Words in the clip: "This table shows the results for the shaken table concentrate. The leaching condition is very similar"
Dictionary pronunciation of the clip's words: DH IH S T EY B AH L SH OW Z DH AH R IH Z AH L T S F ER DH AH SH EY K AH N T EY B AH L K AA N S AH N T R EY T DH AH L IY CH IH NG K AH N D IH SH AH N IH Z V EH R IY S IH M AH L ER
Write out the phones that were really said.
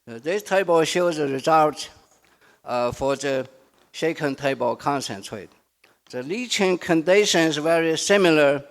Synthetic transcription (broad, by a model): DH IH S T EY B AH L SH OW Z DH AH R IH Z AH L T F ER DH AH SH EY K AH N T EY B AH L K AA N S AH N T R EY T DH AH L IY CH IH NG K AH N D IH SH AH N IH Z V EH R IY S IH M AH L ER